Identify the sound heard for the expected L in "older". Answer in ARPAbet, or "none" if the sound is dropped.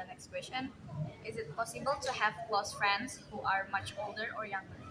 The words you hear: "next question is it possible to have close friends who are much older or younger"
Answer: L